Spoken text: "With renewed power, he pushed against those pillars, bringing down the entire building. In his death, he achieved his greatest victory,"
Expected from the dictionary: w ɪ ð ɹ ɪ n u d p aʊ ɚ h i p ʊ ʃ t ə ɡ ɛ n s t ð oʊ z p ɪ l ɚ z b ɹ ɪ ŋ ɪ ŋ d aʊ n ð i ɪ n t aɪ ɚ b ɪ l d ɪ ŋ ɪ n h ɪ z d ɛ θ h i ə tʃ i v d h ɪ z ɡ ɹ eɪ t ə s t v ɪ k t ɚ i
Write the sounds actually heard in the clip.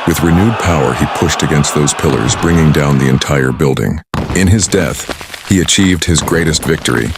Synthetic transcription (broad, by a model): w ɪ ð ɹ ɪ n u d p aʊ ɚ i p ʊ ʃ t ə ɡ ɛ n s t ð oʊ z p ɪ l ɚ z b ɹ ɪ ŋ ɪ ŋ d aʊ n ð i ɪ n t aɪ ɚ b ɪ l d ɪ ŋ ɪ n ɪ z d ɛ θ h i ə tʃ i v d h ɪ z ɡ ɹ eɪ t ə s t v ɪ k t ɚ i